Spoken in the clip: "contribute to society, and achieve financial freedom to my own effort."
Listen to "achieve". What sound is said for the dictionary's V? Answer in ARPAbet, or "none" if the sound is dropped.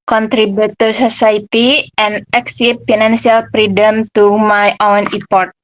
P